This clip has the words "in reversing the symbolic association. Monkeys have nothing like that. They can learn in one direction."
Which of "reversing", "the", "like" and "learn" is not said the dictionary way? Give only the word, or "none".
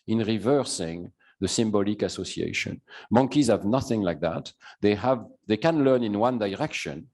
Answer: none